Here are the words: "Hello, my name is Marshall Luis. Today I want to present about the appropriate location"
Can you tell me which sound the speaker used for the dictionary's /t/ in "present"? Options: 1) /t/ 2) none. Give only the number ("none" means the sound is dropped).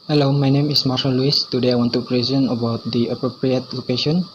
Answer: 2